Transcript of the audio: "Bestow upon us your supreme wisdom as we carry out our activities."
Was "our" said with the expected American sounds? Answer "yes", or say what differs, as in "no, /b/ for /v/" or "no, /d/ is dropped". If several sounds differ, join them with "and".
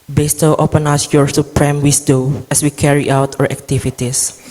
yes